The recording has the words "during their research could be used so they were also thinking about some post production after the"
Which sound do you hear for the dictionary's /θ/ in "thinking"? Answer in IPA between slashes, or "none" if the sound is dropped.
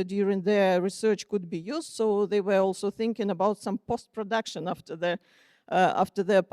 /θ/